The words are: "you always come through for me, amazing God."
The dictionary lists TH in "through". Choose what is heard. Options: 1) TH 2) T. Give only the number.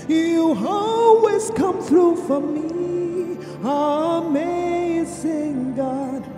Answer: 1